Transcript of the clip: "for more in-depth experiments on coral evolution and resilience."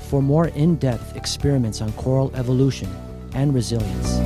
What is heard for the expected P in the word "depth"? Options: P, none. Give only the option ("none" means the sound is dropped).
P